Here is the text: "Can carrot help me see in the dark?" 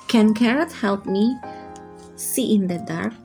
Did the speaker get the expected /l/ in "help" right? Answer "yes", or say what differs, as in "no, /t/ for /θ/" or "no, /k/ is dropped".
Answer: yes